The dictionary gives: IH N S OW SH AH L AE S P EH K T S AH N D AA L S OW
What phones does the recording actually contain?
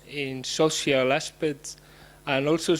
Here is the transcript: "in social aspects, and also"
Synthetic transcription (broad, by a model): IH N S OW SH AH L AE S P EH T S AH N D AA L S OW